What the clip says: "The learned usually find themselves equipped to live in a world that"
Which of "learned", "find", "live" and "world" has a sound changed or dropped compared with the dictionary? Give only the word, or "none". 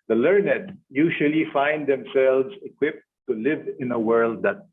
none